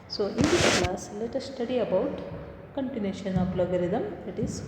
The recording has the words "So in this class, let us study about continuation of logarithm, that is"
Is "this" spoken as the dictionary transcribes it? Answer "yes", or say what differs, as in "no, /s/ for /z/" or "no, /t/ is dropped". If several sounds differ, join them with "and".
no, /s/ is dropped